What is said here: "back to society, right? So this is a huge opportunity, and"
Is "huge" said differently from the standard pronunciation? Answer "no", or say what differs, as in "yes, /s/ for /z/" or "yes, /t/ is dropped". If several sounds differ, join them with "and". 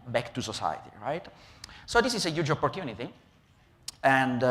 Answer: no